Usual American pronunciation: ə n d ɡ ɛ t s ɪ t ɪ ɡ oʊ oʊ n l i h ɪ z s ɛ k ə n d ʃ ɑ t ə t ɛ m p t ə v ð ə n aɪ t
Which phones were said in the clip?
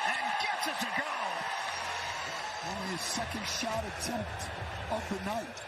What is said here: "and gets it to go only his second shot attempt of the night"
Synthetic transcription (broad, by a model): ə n ɡ ɛ t s ɪ s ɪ ɡ oʊ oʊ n i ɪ s ɛ k ə n d ʃ ɑ t ə t ɛ m p t ə v ð ə n aɪ t